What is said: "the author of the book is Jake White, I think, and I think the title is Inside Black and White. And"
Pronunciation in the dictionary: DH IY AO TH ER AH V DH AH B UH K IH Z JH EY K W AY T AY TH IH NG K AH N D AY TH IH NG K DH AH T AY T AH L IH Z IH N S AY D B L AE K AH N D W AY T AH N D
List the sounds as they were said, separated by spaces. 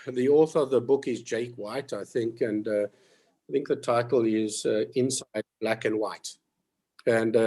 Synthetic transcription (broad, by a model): DH IY AO TH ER AH V DH AH B UH K IH Z JH EY K W AY T AY TH IH NG K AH N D AY TH IH NG K DH AH T AY T L IH Z IH N S AY D B L AE K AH N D W AY T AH N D